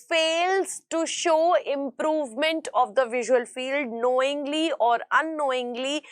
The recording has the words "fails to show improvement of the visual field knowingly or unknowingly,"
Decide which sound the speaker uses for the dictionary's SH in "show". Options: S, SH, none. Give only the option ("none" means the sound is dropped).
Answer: SH